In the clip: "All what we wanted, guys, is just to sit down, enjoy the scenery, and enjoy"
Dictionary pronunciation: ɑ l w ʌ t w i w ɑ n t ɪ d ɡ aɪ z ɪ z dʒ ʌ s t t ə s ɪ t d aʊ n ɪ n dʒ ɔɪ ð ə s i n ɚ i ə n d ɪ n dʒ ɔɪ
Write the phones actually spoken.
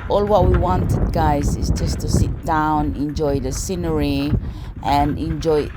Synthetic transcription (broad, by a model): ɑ l w ʌ t w i w ɑ n t ɪ d ɡ aɪ z ɪ z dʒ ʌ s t t ə s ɪ t d aʊ n ɪ n dʒ ɔɪ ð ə s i n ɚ i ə n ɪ n dʒ ɔɪ